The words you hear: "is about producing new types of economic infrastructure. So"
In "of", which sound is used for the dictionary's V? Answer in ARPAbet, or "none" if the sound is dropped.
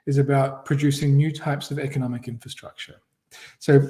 V